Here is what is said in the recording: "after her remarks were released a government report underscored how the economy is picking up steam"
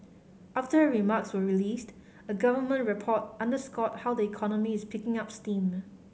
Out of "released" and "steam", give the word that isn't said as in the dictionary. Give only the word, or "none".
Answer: none